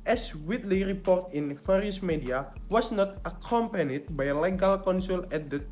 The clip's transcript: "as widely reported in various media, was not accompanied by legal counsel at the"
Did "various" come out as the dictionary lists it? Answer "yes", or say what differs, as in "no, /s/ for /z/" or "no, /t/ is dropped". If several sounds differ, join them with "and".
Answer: no, /f/ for /v/